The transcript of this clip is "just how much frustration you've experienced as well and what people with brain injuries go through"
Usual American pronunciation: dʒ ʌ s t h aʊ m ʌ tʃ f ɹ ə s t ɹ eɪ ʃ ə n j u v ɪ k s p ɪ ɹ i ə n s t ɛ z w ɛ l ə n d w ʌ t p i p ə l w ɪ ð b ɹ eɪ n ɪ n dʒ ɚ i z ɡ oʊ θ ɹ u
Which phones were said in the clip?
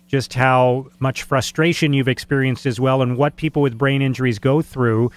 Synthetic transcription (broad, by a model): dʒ ʌ s t h aʊ m ʌ tʃ f ɹ ə s t ɹ eɪ ʃ ə n j u v ɪ k s p ɪ ɹ i ə n s t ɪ z w ɛ l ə n w ʌ t p i p l w ɪ ð b ɹ eɪ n ɪ n dʒ ɚ i z ɡ oʊ θ ɹ u